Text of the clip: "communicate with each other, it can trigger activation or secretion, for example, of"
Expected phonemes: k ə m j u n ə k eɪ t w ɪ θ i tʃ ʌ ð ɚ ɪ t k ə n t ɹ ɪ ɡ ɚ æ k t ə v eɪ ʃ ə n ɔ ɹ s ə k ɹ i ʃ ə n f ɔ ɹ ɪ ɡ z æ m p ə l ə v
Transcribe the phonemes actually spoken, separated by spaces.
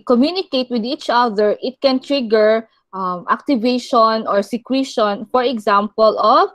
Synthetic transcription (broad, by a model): k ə m j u n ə k eɪ t w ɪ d i tʃ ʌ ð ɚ ɪ t k ə n t ɹ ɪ ɡ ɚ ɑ k t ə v eɪ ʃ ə n ɔ ɹ s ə k w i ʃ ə n f ɔ ɹ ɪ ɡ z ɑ m p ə l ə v